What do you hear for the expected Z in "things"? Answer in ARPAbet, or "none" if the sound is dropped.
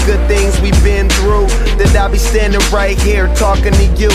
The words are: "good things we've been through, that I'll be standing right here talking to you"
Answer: Z